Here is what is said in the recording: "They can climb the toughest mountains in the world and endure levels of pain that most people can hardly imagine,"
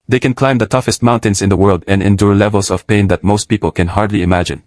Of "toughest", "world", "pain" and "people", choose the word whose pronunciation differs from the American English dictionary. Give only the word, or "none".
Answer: none